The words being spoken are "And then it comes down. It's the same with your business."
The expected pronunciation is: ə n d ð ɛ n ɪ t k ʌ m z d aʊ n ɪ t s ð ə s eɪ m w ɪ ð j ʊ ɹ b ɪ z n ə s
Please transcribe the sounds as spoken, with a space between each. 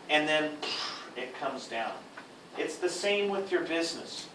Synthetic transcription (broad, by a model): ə n ð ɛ n ɪ t k ʌ m z d aʊ n ɪ t s ð ə s eɪ m w ɪ ð j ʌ ɹ b ɪ z n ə s